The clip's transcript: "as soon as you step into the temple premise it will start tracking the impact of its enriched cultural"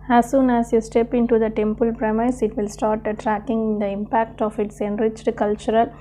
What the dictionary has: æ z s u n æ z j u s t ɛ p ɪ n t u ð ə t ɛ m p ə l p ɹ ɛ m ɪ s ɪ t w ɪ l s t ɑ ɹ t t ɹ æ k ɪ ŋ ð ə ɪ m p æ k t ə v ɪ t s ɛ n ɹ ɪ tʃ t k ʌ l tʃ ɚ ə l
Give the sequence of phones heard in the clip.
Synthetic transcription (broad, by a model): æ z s u n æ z j u s t ɛ p ɪ n t u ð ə t ɛ m p ə l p ɹ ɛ m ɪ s ɪ t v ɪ l s t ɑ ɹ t t ɹ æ k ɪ ŋ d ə ɪ m p æ k t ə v ɪ t s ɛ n ɹ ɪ tʃ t k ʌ l tʃ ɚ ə l